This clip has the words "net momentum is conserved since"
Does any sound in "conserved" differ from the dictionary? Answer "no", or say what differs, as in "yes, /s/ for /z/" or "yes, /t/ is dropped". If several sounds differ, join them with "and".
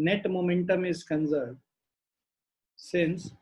yes, /v/ is dropped